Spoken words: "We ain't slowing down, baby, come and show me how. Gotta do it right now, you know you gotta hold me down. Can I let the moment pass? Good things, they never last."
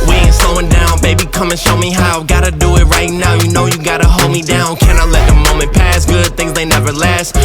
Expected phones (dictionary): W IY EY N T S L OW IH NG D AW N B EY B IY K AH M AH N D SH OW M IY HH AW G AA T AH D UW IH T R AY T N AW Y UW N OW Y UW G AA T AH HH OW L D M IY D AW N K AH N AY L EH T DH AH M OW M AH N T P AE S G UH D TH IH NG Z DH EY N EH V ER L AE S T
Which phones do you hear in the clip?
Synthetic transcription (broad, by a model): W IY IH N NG S OW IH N D AW N B EY B IY K AH M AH N SH OW M IY HH AW G AA T AH D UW IH T R AY T N AW Y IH N OW Y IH G AA T AH HH OW L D M IY D AW N K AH N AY L EH T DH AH M OW M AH N P AE S G UH D TH IH NG Z DH EY N EH V ER L AE S T